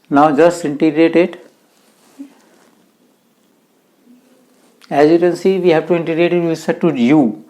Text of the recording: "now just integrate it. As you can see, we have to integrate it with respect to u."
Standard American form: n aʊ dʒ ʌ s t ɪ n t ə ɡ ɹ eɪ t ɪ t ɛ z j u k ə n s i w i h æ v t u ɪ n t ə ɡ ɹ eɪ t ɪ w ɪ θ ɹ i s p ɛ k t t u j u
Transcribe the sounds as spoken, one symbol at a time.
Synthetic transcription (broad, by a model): n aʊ dʒ ʌ s t ɪ n t ə ɡ ɹ eɪ t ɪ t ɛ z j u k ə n s i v i h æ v t u ɪ n t ə ɡ ɹ eɪ t ɪ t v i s ɛ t t u j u